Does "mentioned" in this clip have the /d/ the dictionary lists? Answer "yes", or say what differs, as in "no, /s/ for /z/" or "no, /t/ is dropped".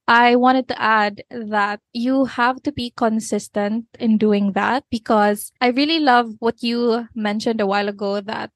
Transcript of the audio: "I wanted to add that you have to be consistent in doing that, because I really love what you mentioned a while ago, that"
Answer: yes